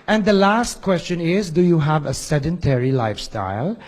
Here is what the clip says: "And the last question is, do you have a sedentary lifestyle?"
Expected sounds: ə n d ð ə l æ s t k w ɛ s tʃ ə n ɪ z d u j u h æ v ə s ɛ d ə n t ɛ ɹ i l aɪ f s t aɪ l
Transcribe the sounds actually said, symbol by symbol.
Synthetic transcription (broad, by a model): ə n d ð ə l æ s t k w ɛ s tʃ ə n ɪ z d u j u h æ v ə s ɛ d ə n t ɛ ɹ i l aɪ f s t aɪ l